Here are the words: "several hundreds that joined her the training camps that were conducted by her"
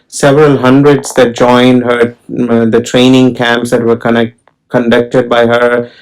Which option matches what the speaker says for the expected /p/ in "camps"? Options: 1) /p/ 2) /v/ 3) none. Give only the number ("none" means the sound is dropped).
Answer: 1